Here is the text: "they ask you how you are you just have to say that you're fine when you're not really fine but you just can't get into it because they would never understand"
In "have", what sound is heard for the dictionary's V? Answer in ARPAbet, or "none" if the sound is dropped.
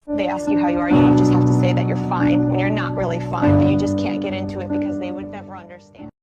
F